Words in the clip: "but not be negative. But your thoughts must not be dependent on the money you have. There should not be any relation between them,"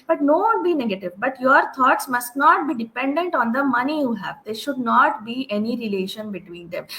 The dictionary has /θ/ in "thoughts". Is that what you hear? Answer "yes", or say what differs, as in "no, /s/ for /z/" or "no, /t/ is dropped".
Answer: no, /t/ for /θ/